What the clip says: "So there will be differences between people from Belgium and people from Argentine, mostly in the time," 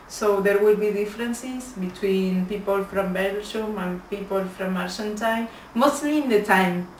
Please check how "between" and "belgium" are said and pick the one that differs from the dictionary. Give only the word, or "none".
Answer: belgium